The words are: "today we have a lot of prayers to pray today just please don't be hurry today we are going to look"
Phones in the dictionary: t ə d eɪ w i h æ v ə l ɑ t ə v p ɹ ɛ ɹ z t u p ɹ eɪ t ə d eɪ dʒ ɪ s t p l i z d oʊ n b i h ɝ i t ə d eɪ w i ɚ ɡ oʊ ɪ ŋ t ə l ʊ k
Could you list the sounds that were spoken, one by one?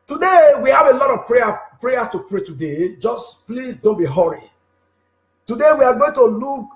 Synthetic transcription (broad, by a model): t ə d eɪ w i h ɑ v ə l ɑ t ə v p ɹ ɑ ɹ s t u p ɹ eɪ t ə d eɪ dʒ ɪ s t p l i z d oʊ n b i h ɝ i t ə d eɪ w i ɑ ɡ oʊ ɪ ŋ t ə l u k